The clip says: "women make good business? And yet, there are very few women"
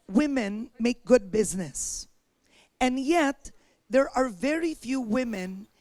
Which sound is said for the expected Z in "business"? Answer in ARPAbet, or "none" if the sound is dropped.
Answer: Z